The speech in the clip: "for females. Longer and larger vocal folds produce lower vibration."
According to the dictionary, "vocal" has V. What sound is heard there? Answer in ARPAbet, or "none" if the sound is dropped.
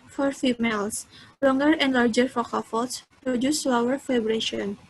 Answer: F